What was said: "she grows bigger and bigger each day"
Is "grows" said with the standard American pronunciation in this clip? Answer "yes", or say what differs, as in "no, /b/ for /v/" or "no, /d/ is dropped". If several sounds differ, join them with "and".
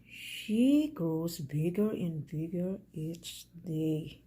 no, /ɹ/ is dropped